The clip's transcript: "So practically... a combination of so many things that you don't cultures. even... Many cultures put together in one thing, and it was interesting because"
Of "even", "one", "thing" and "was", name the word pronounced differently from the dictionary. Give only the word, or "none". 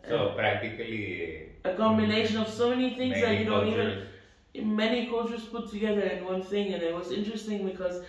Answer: none